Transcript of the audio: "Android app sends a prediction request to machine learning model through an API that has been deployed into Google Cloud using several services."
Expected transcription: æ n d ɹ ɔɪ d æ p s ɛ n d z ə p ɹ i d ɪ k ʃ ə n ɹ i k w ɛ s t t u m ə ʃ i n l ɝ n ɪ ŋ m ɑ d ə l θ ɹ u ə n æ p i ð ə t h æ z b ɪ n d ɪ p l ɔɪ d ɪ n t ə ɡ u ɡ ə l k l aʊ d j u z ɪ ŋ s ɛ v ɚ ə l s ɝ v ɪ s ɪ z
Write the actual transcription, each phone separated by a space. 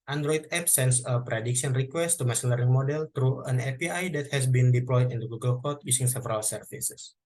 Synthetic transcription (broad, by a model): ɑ n d ɹ ɔɪ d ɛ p s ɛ n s ə p ɹ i d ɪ k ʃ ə n ɹ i k w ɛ s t t u m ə s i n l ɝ ɪ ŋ m ɑ d ə l t ɹ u ə n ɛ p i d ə t h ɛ s b ɪ n d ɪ p l ɔɪ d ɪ n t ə ɡ u ɡ ə l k ɔ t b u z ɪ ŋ s ɛ v ɚ ə l s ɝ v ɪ s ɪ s